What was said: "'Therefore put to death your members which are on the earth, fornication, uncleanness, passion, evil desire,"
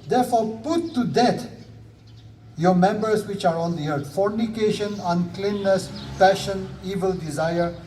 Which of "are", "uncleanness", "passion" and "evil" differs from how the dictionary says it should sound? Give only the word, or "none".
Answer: none